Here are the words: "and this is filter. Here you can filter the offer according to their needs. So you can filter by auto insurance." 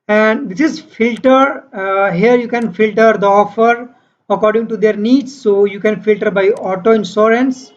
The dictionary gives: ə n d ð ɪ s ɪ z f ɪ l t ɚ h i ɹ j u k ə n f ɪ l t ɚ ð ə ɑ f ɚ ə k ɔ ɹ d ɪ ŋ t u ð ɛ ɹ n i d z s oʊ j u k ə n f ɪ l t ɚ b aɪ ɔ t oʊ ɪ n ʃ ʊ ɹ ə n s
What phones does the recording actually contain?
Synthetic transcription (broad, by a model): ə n d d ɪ s ɪ z f ɪ l t ɚ h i ɹ j u k ə n f ɪ l t ɚ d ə ɑ f ɚ ə k ɔ ɹ d ɪ ŋ t u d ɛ ɹ n i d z s oʊ j u k ə n f ɪ l t ɚ b aɪ ɔ t oʊ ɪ n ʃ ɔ ɹ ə n s